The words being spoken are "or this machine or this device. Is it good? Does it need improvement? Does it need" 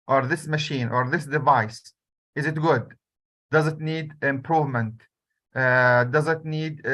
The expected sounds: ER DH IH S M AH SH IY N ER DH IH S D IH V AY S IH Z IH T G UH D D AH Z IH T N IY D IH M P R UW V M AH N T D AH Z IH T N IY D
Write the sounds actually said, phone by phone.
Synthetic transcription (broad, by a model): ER DH IH S M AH SH IY N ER DH IH S D IH V AY S IH Z IH T G UH D D AH Z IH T N IY D IH M P R UW V M AH N T D AH Z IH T N IY D